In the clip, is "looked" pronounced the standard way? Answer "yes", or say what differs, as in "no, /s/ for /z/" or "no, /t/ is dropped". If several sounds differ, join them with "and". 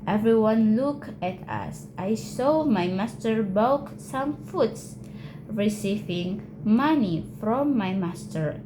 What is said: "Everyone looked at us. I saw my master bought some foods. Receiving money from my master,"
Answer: no, /t/ is dropped